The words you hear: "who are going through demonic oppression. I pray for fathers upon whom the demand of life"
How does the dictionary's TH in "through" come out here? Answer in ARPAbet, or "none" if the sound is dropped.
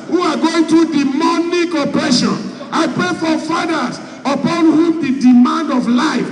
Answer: T